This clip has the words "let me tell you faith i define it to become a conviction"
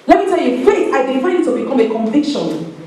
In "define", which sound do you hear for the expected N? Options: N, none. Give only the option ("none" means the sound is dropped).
none